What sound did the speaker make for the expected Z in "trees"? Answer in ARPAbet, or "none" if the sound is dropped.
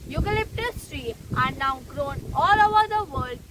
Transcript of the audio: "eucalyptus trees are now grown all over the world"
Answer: none